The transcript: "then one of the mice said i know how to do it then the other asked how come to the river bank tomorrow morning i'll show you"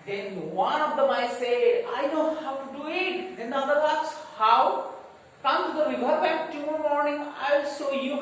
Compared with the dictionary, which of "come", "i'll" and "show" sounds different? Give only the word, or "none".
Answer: show